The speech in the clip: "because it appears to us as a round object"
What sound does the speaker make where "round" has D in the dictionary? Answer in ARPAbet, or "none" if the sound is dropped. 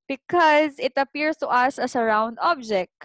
D